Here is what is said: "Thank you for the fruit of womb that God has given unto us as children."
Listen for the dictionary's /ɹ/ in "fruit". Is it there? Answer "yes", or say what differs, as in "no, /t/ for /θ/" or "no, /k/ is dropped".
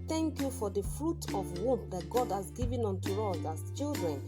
yes